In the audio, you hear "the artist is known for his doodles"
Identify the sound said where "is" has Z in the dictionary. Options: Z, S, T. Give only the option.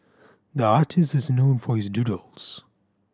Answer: Z